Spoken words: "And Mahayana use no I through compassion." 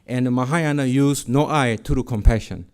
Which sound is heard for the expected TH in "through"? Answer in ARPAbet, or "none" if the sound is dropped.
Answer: T